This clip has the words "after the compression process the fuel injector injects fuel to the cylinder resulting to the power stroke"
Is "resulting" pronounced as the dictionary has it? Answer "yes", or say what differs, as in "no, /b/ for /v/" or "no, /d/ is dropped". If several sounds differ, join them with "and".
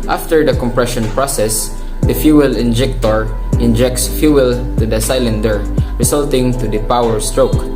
no, /s/ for /z/